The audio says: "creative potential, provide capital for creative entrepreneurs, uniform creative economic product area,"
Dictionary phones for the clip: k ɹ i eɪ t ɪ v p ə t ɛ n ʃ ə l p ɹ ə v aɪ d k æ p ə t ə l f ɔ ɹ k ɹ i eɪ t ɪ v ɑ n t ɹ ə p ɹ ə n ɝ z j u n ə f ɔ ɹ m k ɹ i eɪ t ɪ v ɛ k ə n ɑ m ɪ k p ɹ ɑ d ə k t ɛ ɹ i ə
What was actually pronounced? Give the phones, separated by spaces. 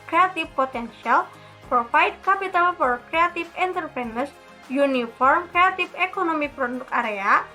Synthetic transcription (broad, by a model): k ɹ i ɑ t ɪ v p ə t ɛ n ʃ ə l p ɹ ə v aɪ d k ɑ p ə t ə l f ɔ ɹ k ɹ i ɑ t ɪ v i n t ə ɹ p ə n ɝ s j u n ə f ɔ ɹ m k ɹ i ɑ t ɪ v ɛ k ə n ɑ m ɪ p ɹ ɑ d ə k ɑ ɹ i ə